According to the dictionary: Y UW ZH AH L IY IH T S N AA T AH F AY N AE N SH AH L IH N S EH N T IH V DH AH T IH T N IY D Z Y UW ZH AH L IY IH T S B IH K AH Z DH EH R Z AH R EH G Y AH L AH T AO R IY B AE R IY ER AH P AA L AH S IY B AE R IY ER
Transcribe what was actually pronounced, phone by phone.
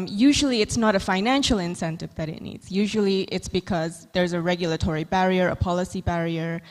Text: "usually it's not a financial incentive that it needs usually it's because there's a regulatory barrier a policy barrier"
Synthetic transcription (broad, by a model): Y UW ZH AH L IY IH T S N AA T AH F AY N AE N SH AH L IH N S EH N T IH V DH AH T IH T N IY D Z Y UW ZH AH L IY IH T S B IH K AH Z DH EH R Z AH R EH G Y AH L AH T AO R IY B AE R IY ER AH P AA L AH S IY B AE R IY ER